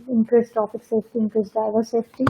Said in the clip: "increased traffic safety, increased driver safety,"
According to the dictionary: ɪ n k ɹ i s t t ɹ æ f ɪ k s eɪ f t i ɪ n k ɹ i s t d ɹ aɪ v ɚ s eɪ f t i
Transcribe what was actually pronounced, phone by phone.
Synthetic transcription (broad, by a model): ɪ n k ɹ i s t t ɔ p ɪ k s eɪ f t i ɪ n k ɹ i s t d ɹ aɪ v ɚ s eɪ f t i